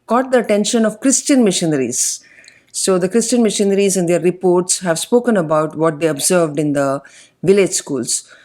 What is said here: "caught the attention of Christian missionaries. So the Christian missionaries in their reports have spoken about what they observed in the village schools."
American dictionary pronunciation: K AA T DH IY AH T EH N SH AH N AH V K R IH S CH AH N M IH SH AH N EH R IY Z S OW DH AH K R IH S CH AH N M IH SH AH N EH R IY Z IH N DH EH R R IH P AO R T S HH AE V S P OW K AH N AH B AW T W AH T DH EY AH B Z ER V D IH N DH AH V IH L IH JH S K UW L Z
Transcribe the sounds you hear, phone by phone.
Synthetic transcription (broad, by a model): K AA T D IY AH T EH N SH AH N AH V K R IH S CH AH N M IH SH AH N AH R IY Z S OW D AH K R IH S CH AH N M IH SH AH N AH R IY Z IH N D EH R R IH P AO R T S HH AE V S P OW K AH N AH B AW T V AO T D EY AH B Z ER V D IH N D AH V IH L IH JH S K UW L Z